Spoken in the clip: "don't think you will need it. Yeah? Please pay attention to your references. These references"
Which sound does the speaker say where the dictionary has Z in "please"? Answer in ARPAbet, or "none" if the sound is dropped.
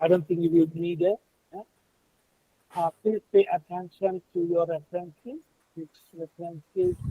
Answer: none